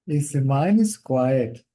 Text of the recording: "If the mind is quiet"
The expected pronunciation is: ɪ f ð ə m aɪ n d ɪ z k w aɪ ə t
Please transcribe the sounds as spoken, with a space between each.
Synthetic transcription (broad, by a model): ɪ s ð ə m aɪ n ɪ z k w aɪ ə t